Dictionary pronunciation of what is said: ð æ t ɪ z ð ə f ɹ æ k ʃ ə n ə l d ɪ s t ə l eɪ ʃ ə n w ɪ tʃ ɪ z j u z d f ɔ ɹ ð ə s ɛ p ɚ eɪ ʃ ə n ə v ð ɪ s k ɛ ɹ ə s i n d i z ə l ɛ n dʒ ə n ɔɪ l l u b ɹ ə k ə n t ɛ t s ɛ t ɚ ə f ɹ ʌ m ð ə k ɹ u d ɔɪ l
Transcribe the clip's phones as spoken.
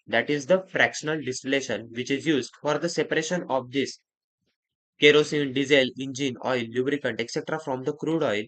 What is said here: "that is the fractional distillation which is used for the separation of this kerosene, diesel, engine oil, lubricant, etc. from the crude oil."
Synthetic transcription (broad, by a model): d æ t ɪ z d ə f ɹ æ k ʃ ə n ə l d ɪ s t ə l eɪ ʃ ə n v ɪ tʃ ɪ z j u z d f ɔ ɹ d ə s ɛ p ɚ eɪ ʃ ə n ə v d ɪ s k ɛ ɹ ə s i n d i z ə l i n dʒ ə n ɔɪ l l u b ɹ ə k ə n t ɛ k s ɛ t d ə f ɹ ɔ m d ə k ɹ u d ɔɪ l